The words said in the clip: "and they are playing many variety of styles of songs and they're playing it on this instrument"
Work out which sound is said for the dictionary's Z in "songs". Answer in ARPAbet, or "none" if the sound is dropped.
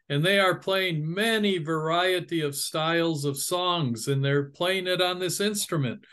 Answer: Z